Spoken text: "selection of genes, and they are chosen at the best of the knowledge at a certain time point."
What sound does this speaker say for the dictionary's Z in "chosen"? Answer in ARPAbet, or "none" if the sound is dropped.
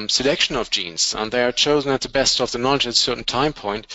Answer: Z